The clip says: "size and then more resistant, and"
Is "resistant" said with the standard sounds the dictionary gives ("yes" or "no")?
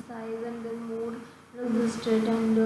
no